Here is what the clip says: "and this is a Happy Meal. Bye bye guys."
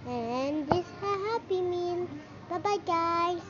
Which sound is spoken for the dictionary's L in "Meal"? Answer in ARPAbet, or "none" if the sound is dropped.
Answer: N